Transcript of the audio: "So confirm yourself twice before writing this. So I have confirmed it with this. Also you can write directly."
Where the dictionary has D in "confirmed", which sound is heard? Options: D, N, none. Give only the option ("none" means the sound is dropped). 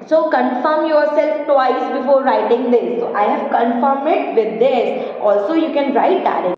none